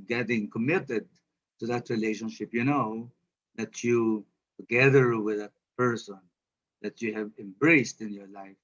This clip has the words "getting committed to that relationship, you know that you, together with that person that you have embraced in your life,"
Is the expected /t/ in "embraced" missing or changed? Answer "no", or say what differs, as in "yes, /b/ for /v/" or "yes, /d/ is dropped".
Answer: no